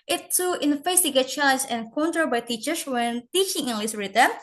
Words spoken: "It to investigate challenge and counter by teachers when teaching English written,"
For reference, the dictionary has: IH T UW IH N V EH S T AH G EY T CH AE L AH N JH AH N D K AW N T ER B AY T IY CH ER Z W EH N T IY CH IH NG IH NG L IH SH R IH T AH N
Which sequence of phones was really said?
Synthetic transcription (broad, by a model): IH T UW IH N F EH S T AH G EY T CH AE L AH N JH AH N K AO N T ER B AY T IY CH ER S W EH N T IY CH IH NG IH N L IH S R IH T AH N